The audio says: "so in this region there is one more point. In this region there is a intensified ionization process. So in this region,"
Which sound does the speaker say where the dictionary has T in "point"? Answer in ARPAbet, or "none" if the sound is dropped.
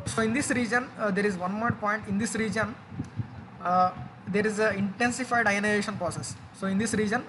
T